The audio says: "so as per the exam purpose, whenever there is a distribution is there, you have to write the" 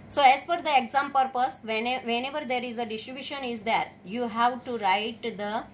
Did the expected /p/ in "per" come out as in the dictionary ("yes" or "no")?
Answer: no